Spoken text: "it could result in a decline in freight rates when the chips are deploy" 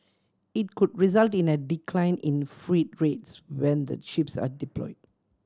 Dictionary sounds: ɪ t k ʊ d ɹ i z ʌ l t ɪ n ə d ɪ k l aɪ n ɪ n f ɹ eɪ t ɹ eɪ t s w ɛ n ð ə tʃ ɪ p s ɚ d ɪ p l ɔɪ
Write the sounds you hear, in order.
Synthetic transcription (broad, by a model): ɪ t k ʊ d ɹ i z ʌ l t ɪ n ə d ɪ k l aɪ n ɪ n f ɹ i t ɹ eɪ t s w ɛ n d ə ʃ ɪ p s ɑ d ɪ p l ɔɪ